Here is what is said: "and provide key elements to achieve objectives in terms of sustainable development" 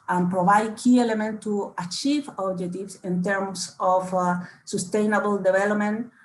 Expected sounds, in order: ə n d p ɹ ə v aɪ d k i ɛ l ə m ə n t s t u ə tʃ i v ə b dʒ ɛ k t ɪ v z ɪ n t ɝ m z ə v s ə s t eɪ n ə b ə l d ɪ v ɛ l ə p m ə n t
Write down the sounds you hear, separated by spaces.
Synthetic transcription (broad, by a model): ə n p ɹ ə v aɪ d k i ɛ l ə m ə n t t u ə tʃ i v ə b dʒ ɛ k t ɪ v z ɪ n t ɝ m s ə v s ə s t eɪ n ə b ə l d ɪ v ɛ l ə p m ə n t